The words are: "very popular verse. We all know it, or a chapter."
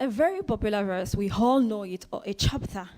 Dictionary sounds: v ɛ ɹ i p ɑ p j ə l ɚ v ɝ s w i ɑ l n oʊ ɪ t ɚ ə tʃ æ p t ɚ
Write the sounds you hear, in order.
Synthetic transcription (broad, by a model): v ɛ ɹ i p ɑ p j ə l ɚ v ɝ s w i ɑ l n oʊ ɪ t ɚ ə tʃ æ p t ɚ